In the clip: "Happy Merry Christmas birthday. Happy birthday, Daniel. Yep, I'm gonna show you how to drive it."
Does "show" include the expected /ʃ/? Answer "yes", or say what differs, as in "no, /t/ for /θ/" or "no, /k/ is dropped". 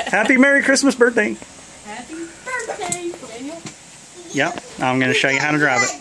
yes